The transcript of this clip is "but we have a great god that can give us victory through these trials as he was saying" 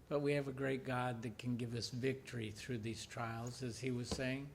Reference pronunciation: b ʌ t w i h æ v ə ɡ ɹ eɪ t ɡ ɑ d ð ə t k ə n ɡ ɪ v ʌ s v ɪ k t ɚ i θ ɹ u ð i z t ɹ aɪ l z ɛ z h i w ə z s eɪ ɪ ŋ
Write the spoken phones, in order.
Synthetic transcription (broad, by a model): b ʌ t w i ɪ v ə ɡ ɹ eɪ t ɡ ɑ d ð ə t k ə n ɡ ɪ v ʌ s v ɪ k t ɚ i θ ɹ u ð i z t ɹ aɪ l z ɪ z i w ə z s eɪ ɪ ŋ